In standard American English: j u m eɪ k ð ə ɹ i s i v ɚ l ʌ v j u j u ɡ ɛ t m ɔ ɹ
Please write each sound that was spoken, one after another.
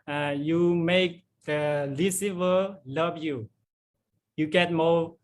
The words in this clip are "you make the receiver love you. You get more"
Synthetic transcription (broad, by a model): j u m eɪ k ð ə l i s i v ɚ l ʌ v j u j u ɡ ɛ t m ɔ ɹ